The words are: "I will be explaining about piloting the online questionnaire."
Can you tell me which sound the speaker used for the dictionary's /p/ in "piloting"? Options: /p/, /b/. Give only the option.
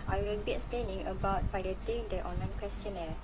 /b/